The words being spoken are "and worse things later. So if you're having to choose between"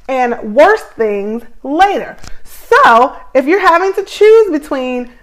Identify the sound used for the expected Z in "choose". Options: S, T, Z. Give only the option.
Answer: Z